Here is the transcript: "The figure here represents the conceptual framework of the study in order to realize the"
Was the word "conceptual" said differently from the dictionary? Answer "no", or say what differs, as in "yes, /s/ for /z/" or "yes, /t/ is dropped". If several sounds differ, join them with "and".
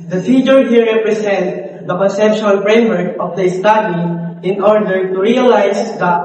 yes, /ʃ/ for /tʃ/